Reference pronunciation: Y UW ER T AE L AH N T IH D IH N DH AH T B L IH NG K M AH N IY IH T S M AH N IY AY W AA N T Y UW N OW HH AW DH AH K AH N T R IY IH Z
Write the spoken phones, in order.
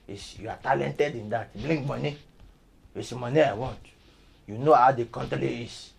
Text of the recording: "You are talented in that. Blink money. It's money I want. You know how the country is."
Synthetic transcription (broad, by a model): Y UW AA T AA L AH N T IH D IH N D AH T B L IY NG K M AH N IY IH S M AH N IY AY W AA N T Y UW N OW HH AW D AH K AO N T L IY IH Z